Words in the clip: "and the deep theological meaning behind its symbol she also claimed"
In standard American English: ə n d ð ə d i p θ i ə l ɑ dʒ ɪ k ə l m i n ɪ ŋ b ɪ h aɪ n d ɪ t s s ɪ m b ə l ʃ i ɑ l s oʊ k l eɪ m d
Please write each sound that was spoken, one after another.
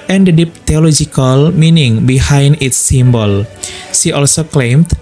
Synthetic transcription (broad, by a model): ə n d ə d i p t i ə l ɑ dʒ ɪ k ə l m i n ɪ ŋ b ɪ h aɪ n d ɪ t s s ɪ m b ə l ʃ i ɑ l s oʊ k l eɪ m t